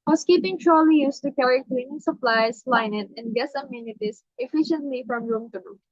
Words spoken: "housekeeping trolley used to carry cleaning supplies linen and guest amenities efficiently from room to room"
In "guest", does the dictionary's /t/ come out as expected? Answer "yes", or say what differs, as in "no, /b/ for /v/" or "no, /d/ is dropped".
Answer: no, /t/ is dropped